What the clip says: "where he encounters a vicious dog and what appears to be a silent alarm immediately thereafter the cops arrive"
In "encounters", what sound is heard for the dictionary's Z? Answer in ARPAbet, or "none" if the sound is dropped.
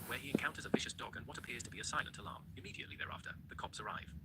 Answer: Z